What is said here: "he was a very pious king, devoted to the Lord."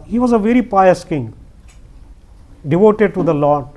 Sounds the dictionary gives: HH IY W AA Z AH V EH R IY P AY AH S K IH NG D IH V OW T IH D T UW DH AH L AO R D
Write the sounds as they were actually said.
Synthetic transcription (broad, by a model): HH IY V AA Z AH V EH R IY P AY AH S K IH NG D IH V OW T IH D T UW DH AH L AO